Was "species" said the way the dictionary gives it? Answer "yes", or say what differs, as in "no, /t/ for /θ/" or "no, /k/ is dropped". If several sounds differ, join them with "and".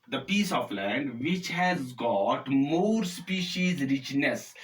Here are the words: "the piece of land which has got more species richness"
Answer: yes